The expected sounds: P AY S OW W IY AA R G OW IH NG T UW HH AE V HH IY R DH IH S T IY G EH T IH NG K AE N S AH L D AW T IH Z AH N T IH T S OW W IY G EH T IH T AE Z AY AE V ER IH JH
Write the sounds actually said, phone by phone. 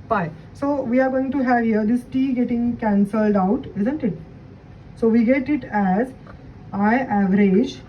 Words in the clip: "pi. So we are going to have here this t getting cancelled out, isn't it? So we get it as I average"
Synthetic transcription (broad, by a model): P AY S OW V IY AA R G OW IH NG T UW HH AE V HH IY R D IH S T IY G EH T IH NG K AE N S AH L D AW T IH Z AH N T IH T S OW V IY G EH T IH T AE Z AY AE V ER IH JH